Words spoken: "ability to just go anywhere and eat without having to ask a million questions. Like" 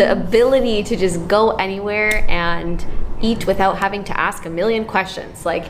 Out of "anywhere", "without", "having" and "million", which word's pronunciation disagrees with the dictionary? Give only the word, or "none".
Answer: none